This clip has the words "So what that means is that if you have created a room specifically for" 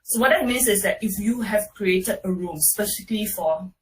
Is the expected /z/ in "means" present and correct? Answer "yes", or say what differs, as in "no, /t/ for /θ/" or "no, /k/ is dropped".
no, /s/ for /z/